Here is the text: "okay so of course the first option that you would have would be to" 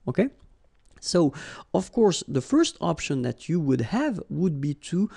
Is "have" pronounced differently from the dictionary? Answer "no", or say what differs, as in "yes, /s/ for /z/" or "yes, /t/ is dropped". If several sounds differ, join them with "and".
no